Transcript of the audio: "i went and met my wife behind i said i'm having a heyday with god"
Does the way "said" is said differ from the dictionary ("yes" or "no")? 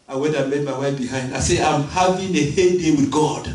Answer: yes